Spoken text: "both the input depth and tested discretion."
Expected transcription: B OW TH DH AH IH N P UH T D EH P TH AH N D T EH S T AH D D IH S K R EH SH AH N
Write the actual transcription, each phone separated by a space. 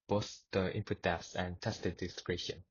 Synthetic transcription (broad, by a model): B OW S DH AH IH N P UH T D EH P S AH N T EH S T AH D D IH S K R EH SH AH N